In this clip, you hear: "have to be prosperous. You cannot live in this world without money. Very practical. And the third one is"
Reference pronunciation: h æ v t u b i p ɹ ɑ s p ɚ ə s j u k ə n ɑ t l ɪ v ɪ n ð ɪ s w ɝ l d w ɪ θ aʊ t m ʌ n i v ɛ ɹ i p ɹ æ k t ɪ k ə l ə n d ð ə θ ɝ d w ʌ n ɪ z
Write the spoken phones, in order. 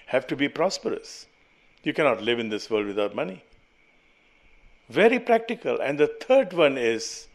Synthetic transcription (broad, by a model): h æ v t u b i p ɹ ɑ s p ɚ ə s j u k ə n ɑ t l ɪ v ɪ n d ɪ s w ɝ l d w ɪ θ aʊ t m ʌ n i v ɛ ɹ i p ɹ æ k t ɪ k ə l ə n d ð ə t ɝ d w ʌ n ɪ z